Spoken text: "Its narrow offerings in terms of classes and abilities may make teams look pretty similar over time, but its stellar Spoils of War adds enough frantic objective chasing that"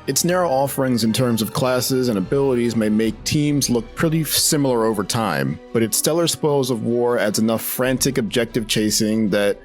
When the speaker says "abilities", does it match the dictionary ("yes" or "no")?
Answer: yes